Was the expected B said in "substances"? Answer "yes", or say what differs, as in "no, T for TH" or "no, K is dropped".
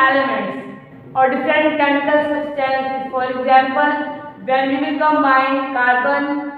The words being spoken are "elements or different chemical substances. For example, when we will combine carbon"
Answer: no, B is dropped